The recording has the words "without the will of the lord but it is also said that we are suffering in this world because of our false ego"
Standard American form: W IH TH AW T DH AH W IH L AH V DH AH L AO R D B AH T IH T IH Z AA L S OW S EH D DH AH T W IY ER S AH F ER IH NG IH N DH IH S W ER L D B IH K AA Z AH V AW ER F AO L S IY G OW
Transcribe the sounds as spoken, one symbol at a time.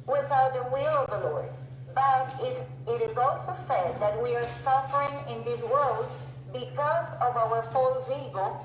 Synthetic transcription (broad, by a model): W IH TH AW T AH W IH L AH V DH AH L AO R D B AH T IH T IH Z AA L S OW S EH D DH AH T W IY ER S AH F ER IH NG IH N DH IH S W ER L D B IH K AA Z AH V AW ER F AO L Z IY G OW